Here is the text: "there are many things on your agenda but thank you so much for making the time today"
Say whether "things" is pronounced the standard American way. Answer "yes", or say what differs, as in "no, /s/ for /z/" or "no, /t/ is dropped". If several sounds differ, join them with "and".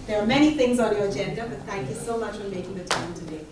yes